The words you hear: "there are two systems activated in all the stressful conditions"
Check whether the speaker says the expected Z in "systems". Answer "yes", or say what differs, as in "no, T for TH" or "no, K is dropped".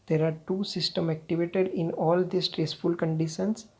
no, Z is dropped